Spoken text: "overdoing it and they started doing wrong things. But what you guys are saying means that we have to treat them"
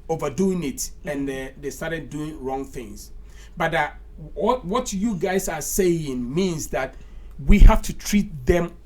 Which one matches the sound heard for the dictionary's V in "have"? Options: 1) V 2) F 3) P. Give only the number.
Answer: 2